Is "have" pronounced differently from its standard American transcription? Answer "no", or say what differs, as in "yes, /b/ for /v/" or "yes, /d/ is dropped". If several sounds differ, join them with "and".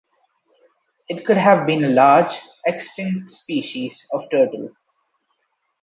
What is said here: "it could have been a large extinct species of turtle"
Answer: no